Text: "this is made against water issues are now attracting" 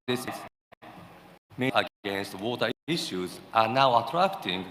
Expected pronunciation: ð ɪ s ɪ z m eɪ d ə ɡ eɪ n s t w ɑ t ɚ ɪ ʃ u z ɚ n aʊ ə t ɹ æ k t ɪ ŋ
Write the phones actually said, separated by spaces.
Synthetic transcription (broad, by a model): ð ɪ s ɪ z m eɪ ə ɡ eɪ n s t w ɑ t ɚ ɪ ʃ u z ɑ n aʊ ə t ɹ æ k t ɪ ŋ